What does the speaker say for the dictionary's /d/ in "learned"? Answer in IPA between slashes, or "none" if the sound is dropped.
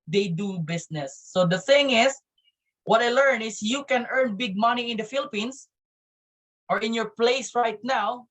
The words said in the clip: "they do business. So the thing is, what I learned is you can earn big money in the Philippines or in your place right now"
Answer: none